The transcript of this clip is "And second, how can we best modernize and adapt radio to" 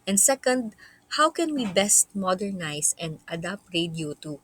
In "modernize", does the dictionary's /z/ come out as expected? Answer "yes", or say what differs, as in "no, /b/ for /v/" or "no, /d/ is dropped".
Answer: no, /s/ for /z/